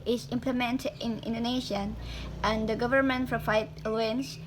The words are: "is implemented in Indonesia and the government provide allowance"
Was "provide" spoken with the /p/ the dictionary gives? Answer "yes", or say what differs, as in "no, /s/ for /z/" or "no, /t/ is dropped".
no, /f/ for /p/